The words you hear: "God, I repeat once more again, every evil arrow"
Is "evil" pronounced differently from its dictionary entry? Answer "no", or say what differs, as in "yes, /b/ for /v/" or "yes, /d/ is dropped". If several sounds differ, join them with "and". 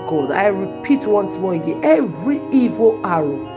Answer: no